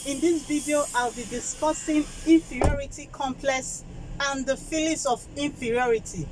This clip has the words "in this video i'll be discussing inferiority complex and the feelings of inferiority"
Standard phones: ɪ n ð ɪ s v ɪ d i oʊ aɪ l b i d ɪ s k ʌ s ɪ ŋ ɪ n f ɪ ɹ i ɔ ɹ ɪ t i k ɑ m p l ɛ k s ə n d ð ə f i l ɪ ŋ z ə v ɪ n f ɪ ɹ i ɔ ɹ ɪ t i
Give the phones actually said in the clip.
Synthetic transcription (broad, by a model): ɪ n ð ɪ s v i d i oʊ aɪ l b i d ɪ s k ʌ s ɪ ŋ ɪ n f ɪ ɹ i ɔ ɹ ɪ t i k ɑ m p l ɛ k s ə n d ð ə f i l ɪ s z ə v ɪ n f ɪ ɹ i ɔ ɹ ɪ t i